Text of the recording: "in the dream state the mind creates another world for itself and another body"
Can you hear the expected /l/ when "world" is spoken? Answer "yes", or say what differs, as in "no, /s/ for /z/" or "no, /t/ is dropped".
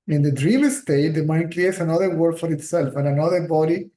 no, /l/ is dropped